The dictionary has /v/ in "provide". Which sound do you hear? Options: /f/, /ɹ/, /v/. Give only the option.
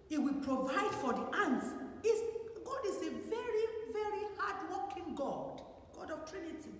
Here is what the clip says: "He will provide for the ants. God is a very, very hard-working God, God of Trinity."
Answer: /v/